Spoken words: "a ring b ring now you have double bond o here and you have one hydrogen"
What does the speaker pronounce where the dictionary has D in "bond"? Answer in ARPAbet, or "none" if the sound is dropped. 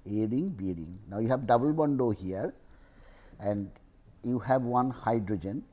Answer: D